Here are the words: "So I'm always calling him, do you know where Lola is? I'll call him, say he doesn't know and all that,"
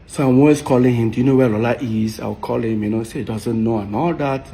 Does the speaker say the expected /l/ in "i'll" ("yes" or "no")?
no